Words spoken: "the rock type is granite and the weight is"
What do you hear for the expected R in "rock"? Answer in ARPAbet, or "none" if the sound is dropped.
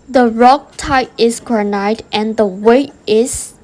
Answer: R